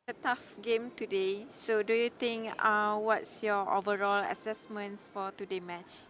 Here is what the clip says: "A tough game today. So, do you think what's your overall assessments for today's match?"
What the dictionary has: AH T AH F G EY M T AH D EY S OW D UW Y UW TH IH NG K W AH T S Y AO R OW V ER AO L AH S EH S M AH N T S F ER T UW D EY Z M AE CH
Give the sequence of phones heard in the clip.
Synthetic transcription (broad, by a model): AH T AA F G EY M T AH D EY S OW D UW Y UW T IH NG K W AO T S Y AO OW V ER AO L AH S EH S M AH N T S F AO T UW D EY M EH CH